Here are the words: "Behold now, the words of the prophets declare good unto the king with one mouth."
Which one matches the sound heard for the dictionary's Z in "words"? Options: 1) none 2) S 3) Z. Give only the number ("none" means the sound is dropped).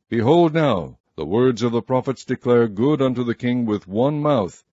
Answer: 3